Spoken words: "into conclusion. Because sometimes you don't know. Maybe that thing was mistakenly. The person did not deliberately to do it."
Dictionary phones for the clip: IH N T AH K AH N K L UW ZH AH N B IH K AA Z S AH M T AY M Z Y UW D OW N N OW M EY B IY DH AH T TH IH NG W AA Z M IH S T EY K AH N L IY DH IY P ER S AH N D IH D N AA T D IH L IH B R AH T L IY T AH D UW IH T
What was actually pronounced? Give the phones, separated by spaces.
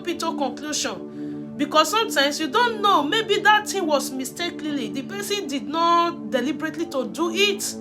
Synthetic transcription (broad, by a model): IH T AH K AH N K L UW SH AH N B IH K AA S S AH M T AY M S Y UW D OW N N OW M EY B IY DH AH T T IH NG W AA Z M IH S T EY K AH L IY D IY P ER S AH N D IH D N AA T D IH L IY B R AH T L IY T AH D UW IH T